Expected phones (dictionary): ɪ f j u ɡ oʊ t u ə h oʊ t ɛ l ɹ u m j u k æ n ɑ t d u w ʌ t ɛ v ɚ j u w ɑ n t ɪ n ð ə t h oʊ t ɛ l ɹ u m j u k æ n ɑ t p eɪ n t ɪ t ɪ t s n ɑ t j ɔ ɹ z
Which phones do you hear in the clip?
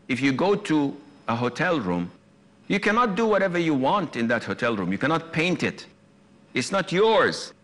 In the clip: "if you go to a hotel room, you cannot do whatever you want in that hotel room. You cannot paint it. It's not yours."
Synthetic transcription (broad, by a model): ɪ f j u ɡ oʊ t u ə h oʊ t ɛ l ɹ u m j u k æ n ɑ t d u w ʌ t ɛ v ɚ j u w ɑ n t ɪ n ð ə t h oʊ t ɛ l ɹ u m j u k æ n ɑ t p eɪ n t ɪ t ɪ t s n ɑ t j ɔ ɹ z